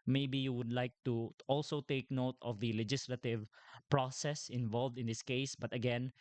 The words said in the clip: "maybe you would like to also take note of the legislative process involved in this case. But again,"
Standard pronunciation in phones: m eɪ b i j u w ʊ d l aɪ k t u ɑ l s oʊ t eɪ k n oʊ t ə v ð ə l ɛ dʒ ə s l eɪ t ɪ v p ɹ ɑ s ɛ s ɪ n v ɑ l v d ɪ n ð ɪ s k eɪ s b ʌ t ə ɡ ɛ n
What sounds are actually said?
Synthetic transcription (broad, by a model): m eɪ b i j u w ʊ d l aɪ k t u ɑ l s oʊ t eɪ k n oʊ t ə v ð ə l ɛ dʒ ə s l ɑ t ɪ v p ɹ ɑ s ɛ s ɪ n v ɑ l v d ɪ n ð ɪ s k eɪ s b ʌ t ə ɡ ɛ n